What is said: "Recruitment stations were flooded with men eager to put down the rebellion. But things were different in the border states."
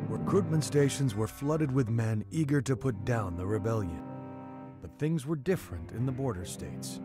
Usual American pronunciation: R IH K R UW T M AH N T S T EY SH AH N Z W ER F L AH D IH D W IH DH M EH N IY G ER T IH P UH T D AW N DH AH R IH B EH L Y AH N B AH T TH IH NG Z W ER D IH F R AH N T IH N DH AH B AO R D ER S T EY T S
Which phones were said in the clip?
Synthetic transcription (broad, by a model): R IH K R UW T M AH N T S T EY SH AH N Z W ER F L AH D IH D W IH DH M EH N IY G ER T IH P UH T D AW N DH AH R IH B EH L Y AH N B AH T TH IH NG Z W ER D IH F R AH N T IH N DH AH B AO R D ER S T EY T S